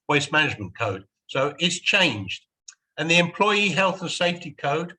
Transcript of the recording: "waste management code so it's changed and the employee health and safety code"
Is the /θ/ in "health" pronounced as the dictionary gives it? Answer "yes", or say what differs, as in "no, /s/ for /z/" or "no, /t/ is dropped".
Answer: yes